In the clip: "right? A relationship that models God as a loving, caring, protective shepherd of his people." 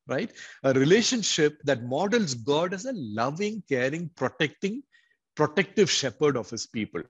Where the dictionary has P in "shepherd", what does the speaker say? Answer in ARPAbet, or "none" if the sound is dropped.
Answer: P